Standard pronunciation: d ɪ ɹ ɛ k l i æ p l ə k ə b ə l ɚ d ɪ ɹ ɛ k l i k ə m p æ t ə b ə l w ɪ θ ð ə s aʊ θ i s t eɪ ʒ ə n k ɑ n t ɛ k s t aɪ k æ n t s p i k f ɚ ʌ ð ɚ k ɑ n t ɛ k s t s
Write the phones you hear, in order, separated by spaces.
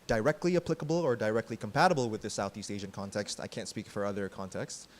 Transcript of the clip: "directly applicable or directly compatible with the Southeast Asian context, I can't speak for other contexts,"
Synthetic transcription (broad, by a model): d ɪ ɹ ɛ k l i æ p l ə k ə b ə l ɚ d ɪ ɹ ɛ k l i k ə m p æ t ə b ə l w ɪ ð ə s aʊ θ i s t eɪ ʒ ə n k ɑ n t ɛ k s t aɪ k æ n t s p i k f ɚ ʌ ð ɚ k ɑ n t ɛ k s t s